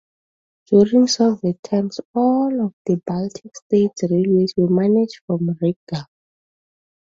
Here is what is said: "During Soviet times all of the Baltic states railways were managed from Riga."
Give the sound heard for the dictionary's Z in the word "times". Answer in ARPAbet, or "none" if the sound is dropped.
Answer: S